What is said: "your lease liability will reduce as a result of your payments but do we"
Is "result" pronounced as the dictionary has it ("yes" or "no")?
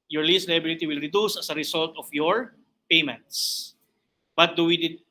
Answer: no